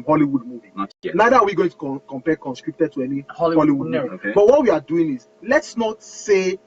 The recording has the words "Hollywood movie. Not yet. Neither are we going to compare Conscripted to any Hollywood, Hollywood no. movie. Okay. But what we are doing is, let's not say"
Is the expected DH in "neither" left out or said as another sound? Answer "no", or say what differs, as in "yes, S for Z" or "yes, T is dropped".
yes, DH is dropped